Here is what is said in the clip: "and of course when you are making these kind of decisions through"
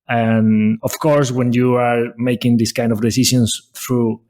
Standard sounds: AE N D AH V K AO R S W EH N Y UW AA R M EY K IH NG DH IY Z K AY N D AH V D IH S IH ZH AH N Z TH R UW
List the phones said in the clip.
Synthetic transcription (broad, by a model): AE N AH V K AO R S W EH N Y UW AA R M EY K IH NG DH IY S K AY N D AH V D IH S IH SH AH N S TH R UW